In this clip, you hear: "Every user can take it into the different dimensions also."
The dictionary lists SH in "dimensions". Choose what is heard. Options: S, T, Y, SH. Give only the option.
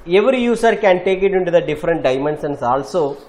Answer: S